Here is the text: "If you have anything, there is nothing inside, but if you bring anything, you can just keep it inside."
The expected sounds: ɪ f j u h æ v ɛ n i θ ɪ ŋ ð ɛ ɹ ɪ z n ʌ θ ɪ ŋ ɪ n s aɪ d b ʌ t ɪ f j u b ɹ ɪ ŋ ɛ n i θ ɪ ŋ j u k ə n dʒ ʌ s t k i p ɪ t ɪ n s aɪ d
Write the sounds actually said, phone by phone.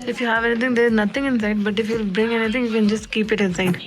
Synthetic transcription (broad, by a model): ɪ f j u h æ v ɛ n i t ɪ ŋ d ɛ ɪ z n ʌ t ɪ ŋ ɪ n s aɪ d b ʌ t ɪ f j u b ɹ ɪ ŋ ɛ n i t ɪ ŋ j u k ə n dʒ ʌ s t k i p ɪ t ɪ n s aɪ d